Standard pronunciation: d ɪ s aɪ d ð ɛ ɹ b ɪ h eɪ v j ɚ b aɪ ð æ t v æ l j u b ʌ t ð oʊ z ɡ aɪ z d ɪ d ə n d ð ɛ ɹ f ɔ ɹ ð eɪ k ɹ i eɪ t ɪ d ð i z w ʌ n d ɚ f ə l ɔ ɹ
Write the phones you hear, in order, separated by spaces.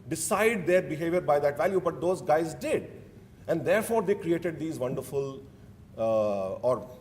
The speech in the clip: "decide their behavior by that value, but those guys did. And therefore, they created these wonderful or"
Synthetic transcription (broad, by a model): d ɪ s aɪ d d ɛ ɹ b ɪ h eɪ v j ɚ b aɪ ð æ t v æ l j u b ʌ t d oʊ z ɡ aɪ z d ɪ d ə n d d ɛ ɹ f ɔ ɹ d eɪ k ɹ i eɪ t ɪ d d i z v ʌ n d ɚ f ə l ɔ ɹ